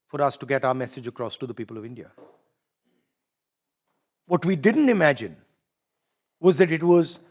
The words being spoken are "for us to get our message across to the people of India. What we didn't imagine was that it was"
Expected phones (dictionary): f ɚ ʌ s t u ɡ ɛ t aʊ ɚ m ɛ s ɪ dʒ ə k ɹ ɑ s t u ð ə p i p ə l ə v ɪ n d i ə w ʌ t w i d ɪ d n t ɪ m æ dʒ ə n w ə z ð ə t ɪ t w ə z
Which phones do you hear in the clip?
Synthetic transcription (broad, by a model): f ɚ ʌ s t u ɡ ɛ t aʊ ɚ m ɛ s ɪ dʒ ə k ɹ ɑ s t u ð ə p i p ə l ə v ɪ n d i ə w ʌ t w i d ɪ d n t ɪ m æ dʒ ə n w ə z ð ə t ɪ t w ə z